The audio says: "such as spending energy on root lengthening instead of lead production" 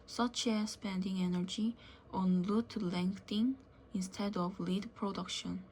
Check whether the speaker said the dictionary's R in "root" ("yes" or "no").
no